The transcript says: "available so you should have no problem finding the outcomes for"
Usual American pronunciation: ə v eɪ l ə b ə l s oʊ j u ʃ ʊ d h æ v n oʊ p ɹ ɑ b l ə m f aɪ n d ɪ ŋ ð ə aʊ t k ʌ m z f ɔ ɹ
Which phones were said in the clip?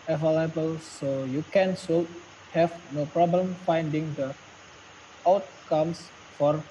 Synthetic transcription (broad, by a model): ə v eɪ l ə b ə l s oʊ j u s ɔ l h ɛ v n oʊ p ɹ ɑ b l ə m f aɪ n d ɪ ŋ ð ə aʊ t k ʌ m s f ɔ ɹ